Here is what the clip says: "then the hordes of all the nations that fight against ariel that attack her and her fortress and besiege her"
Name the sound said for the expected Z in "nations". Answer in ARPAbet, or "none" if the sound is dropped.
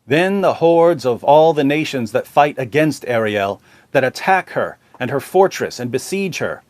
Z